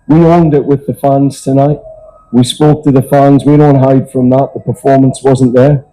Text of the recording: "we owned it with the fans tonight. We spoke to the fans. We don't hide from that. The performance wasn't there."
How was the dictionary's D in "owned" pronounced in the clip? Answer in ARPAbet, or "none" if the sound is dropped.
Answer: D